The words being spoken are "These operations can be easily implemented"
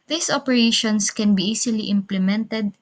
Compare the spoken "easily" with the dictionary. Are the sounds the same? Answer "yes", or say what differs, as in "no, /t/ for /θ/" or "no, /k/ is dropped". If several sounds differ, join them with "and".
no, /s/ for /z/